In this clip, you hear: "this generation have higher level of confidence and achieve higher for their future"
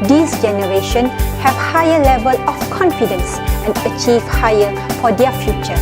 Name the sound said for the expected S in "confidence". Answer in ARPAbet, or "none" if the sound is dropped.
S